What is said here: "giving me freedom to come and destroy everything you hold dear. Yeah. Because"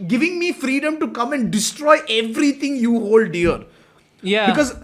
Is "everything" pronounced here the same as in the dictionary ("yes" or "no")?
no